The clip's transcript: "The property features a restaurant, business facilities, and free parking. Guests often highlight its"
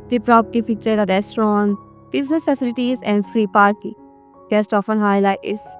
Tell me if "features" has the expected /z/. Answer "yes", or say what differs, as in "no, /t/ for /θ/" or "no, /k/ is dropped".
no, /z/ is dropped